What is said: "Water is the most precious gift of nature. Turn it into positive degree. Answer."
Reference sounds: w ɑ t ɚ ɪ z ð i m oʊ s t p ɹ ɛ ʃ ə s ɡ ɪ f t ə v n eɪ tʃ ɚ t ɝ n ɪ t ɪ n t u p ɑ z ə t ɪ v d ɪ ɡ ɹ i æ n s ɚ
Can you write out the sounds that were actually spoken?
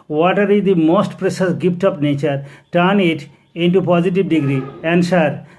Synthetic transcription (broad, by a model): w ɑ t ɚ ɪ z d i m oʊ s t p ɹ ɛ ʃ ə s ɡ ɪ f t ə p n eɪ tʃ ɚ t ɝ n ɪ t ɪ n t u p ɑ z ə t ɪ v d ɪ ɡ ɹ i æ n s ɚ